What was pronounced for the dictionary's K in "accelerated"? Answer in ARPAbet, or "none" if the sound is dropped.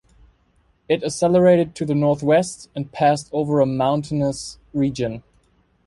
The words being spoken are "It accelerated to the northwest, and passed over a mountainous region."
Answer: none